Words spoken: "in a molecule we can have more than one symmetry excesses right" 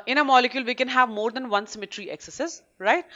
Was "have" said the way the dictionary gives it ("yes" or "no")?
yes